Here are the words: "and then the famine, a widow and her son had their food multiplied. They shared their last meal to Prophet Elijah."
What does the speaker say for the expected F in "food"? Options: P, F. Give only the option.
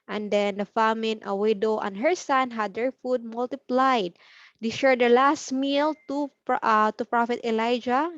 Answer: F